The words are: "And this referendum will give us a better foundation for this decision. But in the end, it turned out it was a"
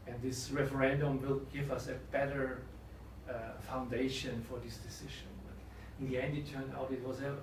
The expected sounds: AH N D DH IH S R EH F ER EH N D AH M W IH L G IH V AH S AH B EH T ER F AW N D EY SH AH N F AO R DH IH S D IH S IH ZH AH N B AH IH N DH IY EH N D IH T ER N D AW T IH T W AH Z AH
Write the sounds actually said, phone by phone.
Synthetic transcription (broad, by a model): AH N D DH IH S R EH F ER EH N D AH M W IH L G IH V AH S AH B EH T ER F AW N D EY SH AH N F AO R DH IH S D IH S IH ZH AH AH IH N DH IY EH N D IH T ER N AW T IH T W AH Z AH